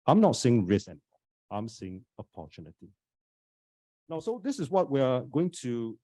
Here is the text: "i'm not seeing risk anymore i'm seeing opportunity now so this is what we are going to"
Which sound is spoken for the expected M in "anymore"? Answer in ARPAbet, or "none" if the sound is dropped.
none